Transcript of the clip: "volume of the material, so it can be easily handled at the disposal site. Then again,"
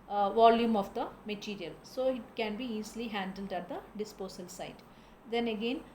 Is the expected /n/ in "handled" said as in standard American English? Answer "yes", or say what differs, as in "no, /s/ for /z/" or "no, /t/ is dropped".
yes